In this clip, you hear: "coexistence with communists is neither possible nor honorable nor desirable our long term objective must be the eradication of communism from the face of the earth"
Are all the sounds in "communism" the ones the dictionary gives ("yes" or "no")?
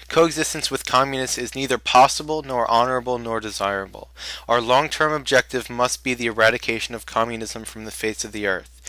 yes